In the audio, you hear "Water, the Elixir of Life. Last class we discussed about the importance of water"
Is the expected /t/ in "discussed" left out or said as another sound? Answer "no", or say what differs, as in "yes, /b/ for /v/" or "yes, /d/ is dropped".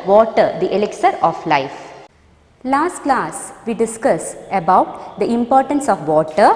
yes, /t/ is dropped